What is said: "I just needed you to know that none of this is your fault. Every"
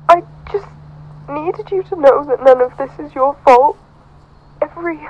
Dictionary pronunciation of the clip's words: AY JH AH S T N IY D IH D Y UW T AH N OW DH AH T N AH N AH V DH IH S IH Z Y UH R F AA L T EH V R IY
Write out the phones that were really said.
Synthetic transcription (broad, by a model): AY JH AH S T N IY D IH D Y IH T AH N OW DH AH T N AH N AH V DH IH S IH Z Y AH R F AA L T EH V R IY